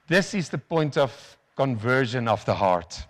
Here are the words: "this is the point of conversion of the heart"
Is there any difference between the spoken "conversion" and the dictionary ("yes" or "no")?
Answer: no